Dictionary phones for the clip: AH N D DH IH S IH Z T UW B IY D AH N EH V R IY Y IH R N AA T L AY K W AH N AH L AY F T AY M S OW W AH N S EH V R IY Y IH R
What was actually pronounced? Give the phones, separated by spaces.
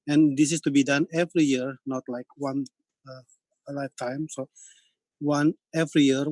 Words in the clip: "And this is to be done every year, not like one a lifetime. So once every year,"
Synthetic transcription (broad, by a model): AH N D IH S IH S T UW B IY D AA N EH V R IY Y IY R N AA T L AY K W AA N AH L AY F T AY M S OW W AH N EH V R IY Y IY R